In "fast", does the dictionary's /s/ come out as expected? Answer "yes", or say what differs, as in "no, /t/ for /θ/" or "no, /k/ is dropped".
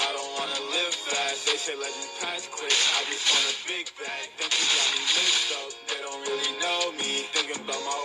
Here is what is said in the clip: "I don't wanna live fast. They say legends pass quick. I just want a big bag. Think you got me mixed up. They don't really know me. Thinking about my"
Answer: no, /s/ is dropped